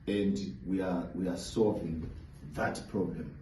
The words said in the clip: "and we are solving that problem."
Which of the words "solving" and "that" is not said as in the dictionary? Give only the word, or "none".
none